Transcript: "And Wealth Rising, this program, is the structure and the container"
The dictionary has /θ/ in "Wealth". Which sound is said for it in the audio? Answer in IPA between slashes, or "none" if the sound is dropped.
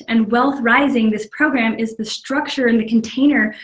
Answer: /θ/